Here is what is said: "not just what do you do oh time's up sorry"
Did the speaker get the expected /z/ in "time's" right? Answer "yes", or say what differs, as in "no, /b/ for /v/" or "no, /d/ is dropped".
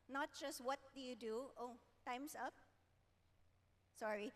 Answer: no, /s/ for /z/